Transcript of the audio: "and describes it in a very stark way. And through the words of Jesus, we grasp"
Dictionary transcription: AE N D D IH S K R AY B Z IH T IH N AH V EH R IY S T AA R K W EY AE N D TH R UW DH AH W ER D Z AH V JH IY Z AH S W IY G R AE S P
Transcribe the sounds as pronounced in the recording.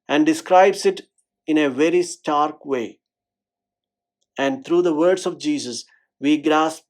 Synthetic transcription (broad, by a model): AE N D D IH S K R AY B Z IH T IH N AH V EH R IY S T AA R K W EY AE N D T R UW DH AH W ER D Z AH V JH IY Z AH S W IY G R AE S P